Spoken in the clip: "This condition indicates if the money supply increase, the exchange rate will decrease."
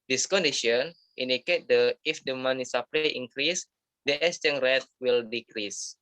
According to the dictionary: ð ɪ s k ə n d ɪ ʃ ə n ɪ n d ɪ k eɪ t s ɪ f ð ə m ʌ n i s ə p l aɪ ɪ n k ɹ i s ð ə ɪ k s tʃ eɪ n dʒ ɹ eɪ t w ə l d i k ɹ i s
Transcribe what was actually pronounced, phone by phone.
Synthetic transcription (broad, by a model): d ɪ s k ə n d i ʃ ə n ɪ n d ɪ k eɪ t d ɪ f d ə m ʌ n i s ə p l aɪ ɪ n k ɹ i s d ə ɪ s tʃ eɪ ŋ ɹ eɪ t w ə l d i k ɹ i s